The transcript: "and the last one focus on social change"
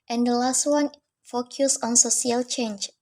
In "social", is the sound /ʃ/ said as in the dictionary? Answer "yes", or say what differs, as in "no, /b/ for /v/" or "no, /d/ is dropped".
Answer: no, /s/ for /ʃ/